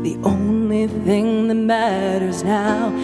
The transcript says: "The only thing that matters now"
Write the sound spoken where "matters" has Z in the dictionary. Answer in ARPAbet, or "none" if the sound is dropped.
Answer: Z